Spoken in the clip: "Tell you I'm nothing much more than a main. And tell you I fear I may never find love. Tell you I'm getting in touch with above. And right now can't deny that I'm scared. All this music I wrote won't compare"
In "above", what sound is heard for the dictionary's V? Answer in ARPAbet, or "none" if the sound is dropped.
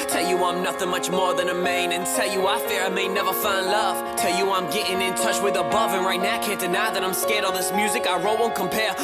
V